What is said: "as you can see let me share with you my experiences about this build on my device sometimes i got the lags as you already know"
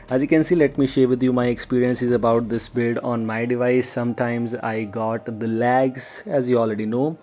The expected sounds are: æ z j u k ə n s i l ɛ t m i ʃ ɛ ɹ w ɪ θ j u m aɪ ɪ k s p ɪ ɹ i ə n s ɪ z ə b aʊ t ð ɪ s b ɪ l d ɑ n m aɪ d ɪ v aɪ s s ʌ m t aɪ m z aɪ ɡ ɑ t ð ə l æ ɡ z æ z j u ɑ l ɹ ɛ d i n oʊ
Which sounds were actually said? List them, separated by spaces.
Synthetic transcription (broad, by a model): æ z j u k ə n s i l ɛ t m i ʃ ɛ ɹ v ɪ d j u m aɪ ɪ k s p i ɹ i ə n s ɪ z ə b aʊ t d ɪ s b ɪ l d ɑ n m aɪ d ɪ v aɪ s s ʌ m t aɪ m z aɪ ɡ ɑ t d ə l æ ɡ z æ z j u ɑ l ɹ ɛ d i n oʊ